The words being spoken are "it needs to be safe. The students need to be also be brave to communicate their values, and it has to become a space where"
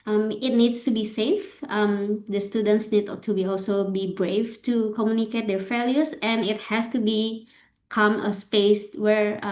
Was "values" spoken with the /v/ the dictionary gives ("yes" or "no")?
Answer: no